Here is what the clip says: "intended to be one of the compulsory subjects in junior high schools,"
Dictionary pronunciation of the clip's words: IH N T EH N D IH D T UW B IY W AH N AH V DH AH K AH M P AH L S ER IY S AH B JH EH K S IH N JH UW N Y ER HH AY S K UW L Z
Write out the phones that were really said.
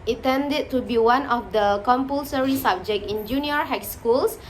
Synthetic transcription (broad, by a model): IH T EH N D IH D T UW B IY W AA N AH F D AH K AH M P AH L S ER IY S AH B JH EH K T IH N JH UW N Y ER HH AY S K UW L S